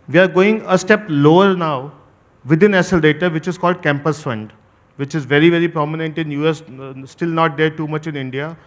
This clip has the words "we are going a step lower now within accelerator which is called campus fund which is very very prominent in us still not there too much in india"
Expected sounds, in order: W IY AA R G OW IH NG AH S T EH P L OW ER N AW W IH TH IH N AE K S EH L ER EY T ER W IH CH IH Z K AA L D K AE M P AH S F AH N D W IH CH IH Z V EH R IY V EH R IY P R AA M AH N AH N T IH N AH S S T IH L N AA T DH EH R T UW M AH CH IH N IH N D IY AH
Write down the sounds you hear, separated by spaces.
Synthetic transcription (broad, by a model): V IY AA R G OW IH NG AH S T EH P L OW ER N AW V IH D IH N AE S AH L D EY T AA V IH CH IH Z K AA L D K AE M P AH S F AH N D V IH CH IH Z V EH R IY V EH R IY P R AA M AH N AH N T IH N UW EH S T IH L N AA T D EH R T UW M AH CH IH N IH N D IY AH